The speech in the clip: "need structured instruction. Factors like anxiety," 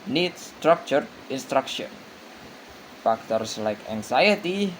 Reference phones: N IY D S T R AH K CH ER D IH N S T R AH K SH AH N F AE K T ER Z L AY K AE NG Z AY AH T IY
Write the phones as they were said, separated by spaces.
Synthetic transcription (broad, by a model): N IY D S T R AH K CH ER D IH N S T R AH K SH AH N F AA K T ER S L AY K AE NG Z AY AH T IY